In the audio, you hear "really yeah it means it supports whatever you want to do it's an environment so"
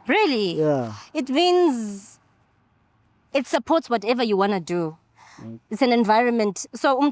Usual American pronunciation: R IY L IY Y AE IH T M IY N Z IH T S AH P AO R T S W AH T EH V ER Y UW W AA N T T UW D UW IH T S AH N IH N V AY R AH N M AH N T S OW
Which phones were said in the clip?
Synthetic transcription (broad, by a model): R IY L IY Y IH T M IY N Z IH T S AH P AO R T S W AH T EH V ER Y UW W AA N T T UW D UW IH T S AH N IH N V AY R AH N M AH N T S OW